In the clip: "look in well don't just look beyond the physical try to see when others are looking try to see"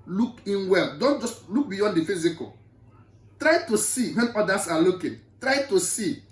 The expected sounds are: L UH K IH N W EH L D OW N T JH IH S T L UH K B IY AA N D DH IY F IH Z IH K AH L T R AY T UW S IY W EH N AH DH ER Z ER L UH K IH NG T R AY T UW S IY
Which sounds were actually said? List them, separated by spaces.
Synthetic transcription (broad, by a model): L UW K IH N W EH L D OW N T JH IH S T L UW K B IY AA N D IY F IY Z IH K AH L T R AY T UW S IY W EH N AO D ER S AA L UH K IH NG T R AY T UW S IY